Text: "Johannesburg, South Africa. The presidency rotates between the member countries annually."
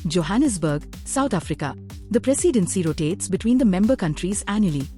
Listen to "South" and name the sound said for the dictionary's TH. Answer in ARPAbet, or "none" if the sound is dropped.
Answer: T